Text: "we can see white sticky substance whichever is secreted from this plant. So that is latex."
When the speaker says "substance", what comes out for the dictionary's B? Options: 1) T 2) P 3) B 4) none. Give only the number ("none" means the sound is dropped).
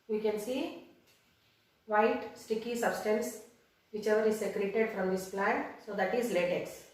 3